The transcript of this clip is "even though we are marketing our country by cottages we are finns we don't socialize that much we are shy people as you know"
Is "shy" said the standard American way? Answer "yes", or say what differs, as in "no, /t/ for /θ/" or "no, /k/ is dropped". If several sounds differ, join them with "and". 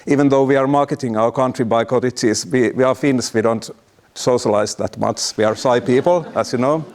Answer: no, /s/ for /ʃ/